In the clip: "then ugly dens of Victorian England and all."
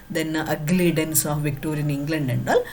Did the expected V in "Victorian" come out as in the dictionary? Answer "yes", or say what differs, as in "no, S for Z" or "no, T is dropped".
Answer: yes